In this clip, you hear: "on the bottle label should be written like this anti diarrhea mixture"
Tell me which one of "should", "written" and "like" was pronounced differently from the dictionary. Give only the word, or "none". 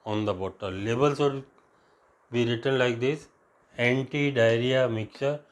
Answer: should